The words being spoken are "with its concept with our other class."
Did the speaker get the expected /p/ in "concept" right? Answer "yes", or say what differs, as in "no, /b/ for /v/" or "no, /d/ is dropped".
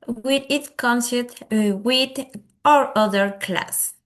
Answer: no, /p/ is dropped